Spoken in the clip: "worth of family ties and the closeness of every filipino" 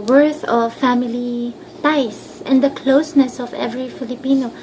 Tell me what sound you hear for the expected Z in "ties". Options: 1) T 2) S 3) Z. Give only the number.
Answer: 2